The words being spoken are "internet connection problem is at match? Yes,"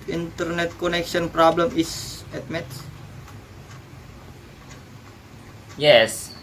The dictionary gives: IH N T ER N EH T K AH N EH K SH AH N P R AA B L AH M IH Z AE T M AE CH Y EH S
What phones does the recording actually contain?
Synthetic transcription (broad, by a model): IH N T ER N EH T K AH N EH K SH AH N P R AA B L AH M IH S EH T M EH S Y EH S